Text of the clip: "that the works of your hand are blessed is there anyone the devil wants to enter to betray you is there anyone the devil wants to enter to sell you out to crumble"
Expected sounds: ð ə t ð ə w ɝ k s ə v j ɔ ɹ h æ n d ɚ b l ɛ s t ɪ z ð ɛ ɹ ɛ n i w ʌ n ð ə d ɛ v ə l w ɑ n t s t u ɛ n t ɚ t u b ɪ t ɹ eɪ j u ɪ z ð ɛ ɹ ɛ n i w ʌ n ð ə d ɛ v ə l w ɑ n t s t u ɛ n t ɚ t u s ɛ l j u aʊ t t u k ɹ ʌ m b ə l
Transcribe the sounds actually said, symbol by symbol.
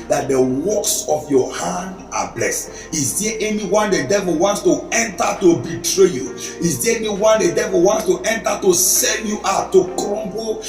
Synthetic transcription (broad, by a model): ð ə t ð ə w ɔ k s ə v j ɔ h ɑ n d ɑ b l ɛ s t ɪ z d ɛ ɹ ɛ n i w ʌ n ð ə d ɛ v ə l w ɑ n t s t u ɛ n t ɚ t u b ɪ t ɹ eɪ j u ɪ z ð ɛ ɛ n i w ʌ n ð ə d ɛ v ə l w ɑ n t s t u ɛ n t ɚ t u s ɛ n j u t t u k ɹ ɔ m b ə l